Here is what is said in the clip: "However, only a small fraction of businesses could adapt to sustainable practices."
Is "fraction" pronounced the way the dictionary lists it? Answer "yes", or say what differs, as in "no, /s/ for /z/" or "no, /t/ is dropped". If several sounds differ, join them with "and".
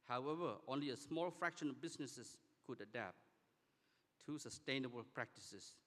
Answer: yes